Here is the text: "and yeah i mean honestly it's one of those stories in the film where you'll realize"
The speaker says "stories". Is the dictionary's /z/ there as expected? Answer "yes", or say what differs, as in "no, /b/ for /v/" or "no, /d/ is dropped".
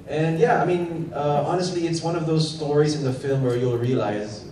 yes